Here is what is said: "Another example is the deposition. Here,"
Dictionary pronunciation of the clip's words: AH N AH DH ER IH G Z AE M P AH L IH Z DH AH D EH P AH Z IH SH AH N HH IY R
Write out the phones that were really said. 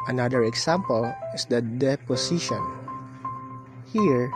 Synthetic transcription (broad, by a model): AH N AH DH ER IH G S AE M P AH L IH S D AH D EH P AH S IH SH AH N HH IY R